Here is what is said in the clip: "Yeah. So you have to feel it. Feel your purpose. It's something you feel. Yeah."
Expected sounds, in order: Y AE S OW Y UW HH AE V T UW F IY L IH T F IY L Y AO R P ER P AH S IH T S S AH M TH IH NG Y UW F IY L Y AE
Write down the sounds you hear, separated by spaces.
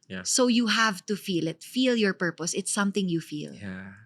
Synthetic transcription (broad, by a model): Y S OW Y UW HH AE V T UW F IY L IH T F IY L Y AO R P ER P AH S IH T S S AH M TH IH NG Y UW F IY L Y